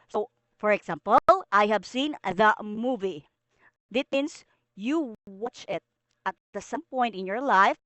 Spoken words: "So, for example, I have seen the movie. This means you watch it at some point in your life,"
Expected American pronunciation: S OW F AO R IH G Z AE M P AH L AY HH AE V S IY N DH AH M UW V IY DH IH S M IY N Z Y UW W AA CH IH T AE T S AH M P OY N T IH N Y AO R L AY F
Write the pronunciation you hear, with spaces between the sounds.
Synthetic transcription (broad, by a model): S OW F AO R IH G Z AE M P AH L AY HH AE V S IY N DH AH M UW V IY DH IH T M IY N S Y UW W AA CH IH T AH T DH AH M P OY N T IH N Y AO R L AY F